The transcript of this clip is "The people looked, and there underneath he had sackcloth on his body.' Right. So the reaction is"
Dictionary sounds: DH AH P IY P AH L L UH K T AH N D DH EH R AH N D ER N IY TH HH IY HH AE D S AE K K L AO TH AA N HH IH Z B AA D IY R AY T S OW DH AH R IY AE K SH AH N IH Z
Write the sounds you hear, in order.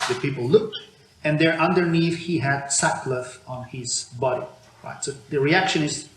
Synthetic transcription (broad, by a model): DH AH P IY P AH L L UH K T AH N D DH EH R AH N D ER N IY TH HH IY HH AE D S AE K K L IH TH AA N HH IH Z B AA D IY R AY T S OW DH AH R IY AE K SH AH N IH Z